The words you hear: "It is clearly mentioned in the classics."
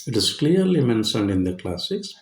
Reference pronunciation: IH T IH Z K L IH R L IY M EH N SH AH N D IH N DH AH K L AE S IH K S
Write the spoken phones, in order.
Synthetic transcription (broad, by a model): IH T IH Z K L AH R L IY M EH N S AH N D IH N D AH K L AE S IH K S